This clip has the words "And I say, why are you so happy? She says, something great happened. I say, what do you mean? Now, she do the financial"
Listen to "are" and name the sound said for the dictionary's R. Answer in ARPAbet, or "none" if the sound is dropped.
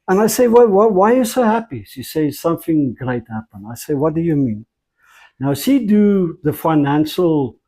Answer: W